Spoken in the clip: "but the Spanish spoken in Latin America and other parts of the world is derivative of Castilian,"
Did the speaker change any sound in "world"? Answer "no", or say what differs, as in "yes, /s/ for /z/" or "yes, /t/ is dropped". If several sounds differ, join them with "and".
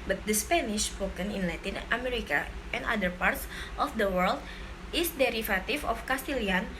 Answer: no